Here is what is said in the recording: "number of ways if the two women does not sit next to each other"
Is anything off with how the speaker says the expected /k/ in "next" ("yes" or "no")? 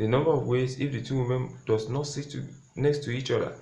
no